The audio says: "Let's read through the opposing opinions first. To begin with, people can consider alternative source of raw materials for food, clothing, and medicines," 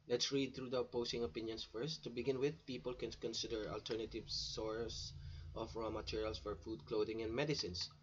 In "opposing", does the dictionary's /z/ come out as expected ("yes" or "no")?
no